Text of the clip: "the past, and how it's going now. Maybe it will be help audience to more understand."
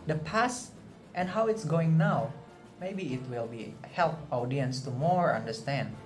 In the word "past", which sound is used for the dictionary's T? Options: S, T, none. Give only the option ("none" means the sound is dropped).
T